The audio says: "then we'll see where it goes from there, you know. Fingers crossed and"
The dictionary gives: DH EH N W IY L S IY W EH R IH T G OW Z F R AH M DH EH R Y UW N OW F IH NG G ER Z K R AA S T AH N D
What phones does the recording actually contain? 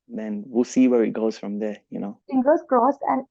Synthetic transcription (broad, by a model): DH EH N W IY L S IY W EH R IH T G OW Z F R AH M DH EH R Y UW N OW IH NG G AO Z K R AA S AH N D